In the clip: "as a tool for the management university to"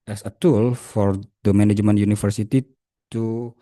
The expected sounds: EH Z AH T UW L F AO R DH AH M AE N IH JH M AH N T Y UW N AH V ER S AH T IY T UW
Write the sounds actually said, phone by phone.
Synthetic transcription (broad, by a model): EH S AH T UW L F AO R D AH M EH N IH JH M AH N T Y UW N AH F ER S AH T IY T UW